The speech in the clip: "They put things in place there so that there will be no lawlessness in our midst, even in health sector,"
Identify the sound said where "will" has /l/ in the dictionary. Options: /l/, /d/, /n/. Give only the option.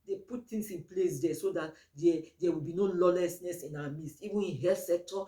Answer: /l/